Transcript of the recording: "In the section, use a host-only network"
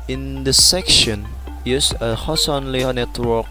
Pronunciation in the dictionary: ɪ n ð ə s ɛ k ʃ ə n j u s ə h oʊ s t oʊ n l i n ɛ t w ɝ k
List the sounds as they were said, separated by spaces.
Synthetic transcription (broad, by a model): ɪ n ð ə s ɛ k ʃ ə n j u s ə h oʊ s oʊ n l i n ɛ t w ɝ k